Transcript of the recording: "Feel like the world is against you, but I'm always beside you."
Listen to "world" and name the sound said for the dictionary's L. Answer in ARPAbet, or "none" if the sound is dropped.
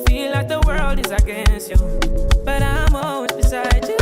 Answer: L